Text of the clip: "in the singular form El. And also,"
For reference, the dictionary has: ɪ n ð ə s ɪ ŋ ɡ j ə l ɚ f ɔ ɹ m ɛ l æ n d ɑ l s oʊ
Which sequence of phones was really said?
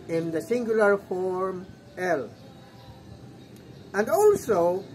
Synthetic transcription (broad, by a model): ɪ n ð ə s ɪ ŋ ɡ j ə l ɚ f ɔ ɹ m ɛ l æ n d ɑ l s oʊ